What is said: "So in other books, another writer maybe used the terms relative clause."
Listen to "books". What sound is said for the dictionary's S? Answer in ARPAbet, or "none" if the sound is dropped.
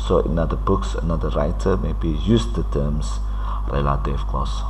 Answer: S